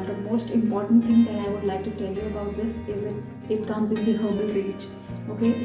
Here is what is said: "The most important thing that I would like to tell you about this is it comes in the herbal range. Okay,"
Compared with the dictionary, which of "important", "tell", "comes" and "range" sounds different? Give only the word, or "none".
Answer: range